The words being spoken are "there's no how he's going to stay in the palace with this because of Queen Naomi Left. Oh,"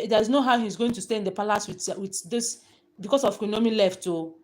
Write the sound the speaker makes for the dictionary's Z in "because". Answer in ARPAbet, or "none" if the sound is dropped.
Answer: S